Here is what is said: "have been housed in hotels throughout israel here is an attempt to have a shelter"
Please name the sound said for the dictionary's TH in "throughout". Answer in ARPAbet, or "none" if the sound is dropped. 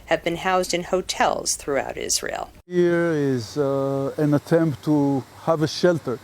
TH